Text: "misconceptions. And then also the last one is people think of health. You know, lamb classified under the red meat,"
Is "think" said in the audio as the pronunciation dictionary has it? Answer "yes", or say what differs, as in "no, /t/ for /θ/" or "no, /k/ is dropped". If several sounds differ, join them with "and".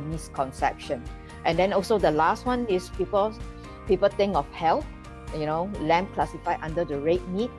no, /t/ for /θ/